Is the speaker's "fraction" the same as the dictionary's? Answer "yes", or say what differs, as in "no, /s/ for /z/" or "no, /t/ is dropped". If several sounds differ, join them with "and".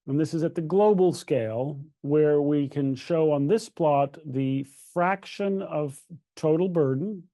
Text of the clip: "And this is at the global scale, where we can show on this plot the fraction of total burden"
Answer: yes